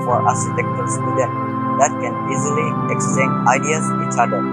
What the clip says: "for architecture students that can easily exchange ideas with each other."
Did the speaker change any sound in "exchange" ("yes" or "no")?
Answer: yes